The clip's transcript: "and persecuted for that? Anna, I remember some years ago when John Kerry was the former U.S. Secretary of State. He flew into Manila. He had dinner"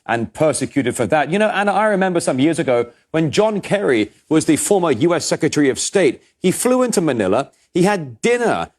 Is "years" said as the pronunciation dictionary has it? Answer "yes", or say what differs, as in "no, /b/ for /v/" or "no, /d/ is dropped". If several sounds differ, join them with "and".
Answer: yes